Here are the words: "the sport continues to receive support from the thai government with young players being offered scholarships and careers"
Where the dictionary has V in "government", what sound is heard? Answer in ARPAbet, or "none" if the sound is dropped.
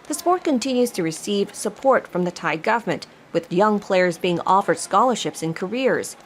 V